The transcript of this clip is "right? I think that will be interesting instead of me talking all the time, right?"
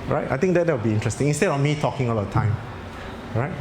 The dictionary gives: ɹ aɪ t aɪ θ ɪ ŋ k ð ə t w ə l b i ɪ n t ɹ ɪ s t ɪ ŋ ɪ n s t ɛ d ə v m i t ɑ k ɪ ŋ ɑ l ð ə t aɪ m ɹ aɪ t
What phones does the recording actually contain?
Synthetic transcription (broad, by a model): ɹ aɪ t aɪ t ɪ ŋ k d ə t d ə w b i ɪ n t ɹ ɪ s t ɪ ŋ ɪ n s t ɛ d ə f m i t ɑ k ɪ ŋ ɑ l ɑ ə t aɪ m ɹ aɪ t